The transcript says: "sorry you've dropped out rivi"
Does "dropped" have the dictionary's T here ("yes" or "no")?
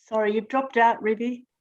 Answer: yes